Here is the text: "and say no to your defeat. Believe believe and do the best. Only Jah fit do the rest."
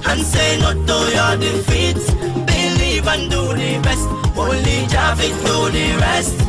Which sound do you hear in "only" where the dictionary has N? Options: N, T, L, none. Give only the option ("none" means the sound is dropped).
none